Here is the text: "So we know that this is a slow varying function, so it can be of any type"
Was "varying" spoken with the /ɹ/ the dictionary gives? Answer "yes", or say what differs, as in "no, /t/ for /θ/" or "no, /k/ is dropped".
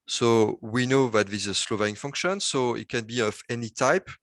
no, /ɹ/ is dropped